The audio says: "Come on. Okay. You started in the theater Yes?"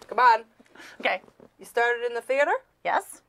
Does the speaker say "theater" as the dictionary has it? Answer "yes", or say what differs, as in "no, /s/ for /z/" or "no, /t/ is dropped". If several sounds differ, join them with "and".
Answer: yes